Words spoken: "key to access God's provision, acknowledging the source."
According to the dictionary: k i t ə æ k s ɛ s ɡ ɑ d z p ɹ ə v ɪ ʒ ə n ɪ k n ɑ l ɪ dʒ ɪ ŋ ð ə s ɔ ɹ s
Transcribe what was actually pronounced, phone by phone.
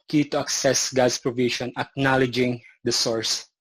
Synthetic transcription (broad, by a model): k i t ə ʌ k s ɛ s ɡ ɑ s p ɹ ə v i ʃ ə n ɪ k n ɑ l ɪ dʒ ɪ ŋ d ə s ɔ ɹ s